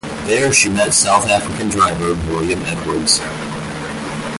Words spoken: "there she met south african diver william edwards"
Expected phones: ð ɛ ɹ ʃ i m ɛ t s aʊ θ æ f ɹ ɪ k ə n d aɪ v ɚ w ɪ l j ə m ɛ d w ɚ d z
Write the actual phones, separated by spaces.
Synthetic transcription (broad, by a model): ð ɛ ɹ ʃ i m ɛ t s aʊ θ æ f ɹ ɪ k ə n d aɪ v ɚ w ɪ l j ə m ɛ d w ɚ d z